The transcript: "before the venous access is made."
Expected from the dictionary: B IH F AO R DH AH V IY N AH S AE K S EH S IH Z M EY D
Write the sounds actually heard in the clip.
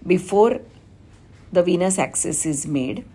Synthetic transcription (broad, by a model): B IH F AO R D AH V IY N AH S AE K S EH S IH Z M EY D